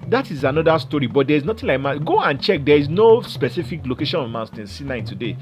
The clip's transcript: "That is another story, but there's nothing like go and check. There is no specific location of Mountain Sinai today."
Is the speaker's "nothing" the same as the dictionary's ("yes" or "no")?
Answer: no